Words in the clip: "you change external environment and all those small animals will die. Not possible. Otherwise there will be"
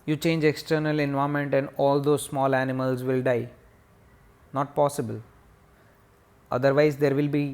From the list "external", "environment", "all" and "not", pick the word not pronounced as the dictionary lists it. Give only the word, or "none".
environment